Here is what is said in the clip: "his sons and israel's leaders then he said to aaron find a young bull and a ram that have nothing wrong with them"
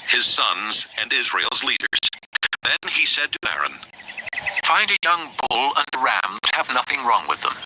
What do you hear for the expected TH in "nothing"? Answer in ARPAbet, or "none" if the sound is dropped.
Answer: TH